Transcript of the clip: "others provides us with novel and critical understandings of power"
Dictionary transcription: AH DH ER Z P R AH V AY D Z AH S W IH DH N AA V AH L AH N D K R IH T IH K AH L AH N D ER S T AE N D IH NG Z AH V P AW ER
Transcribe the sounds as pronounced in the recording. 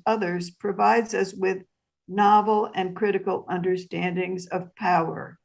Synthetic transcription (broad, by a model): AH DH ER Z P R AH V AY D Z AH S W IH DH N AA V L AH N K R IH T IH K L AH N D ER S T AE N D IH NG Z AH V P AW ER